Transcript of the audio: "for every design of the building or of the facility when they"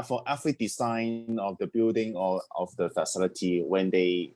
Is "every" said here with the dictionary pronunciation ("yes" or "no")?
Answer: no